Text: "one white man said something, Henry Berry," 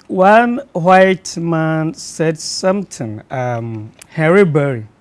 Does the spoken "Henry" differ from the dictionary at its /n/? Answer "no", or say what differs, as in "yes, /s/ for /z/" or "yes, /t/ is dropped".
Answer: yes, /n/ is dropped